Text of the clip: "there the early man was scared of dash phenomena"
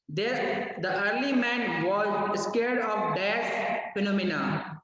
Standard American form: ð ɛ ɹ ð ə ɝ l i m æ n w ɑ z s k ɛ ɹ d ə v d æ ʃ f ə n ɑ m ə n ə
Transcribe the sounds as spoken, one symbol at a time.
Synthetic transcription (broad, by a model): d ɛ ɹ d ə ɝ l i m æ n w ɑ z s k ɛ ɹ d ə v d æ s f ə n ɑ m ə n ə